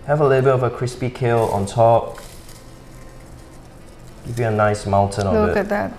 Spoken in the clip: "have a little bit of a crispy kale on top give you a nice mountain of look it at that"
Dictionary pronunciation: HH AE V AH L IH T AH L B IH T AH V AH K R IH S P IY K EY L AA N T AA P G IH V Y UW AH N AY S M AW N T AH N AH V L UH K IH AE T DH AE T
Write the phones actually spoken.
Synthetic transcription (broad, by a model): HH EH V AH L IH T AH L B IH T AH V AH K R IH S P IY K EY L AA N T AA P G IH V Y UW AH N AY S M AW N T AH N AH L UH IH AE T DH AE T